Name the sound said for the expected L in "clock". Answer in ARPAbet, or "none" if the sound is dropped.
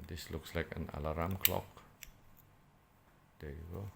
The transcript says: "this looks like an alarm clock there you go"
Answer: L